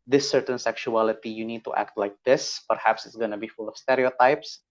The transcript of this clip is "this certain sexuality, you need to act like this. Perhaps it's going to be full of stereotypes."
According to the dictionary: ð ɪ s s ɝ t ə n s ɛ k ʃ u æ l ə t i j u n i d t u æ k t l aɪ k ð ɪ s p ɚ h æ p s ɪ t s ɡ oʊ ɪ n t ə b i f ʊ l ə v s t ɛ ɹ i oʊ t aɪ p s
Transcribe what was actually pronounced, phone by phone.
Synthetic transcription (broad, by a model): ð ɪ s s ɝ t ə n s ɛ k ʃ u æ l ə t i j u n i d t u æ k t l aɪ k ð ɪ s p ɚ h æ p s ɪ t s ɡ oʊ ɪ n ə b i f ʊ l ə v s t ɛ ɹ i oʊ t aɪ p s